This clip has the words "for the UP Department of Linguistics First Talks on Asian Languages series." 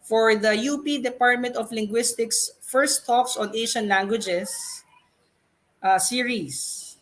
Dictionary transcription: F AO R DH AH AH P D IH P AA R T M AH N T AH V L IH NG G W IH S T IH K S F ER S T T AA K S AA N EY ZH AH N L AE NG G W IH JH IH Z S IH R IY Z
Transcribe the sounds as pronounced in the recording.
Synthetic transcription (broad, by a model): F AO R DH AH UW P D IH P AA R T M AH N T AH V L IH NG G W IH S T IH K S F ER S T T AA K S AA N EY SH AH N L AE NG G W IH JH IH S S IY R IY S